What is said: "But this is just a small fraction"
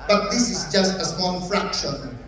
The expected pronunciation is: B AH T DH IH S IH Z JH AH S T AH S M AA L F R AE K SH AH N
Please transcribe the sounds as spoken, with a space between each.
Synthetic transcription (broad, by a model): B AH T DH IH S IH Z JH AH S T AH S AA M F R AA K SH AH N